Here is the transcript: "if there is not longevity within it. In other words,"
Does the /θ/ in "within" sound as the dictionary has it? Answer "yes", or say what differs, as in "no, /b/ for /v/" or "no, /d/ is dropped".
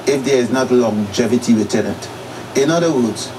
no, /t/ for /θ/